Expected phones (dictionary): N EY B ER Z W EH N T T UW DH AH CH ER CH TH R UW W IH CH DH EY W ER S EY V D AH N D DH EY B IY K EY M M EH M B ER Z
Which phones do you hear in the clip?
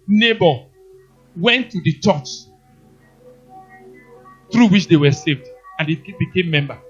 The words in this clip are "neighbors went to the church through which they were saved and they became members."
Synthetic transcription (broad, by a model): N EY B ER W EH N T T UW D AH CH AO CH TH R UW W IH CH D EY W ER S EY V D AH N D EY B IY K EY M M EH M B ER